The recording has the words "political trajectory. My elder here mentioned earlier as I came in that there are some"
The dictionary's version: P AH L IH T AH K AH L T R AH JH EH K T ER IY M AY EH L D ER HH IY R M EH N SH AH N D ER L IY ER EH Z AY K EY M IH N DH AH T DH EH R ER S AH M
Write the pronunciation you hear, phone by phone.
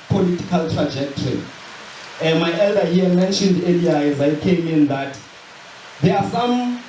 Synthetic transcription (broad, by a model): P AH L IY T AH K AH L T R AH JH EH K T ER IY M AY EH L D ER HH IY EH M EH N SH AH N D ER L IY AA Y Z AY K EY M IH N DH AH T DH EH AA S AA M